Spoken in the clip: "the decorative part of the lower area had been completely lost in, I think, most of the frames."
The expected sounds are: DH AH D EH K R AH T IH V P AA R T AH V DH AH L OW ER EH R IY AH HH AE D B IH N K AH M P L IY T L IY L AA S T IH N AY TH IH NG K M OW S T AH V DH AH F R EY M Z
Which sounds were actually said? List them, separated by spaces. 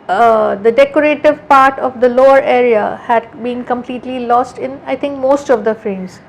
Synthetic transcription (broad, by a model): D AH D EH K R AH T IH V P AA R T AH V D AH L OW ER EH R IY AH HH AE D B IH N K AH M P L IY T L IY L AA S T IH N AY T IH NG K M OW S T AH V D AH F R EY M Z